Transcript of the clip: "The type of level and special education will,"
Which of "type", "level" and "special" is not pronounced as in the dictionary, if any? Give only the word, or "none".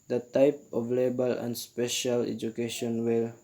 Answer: level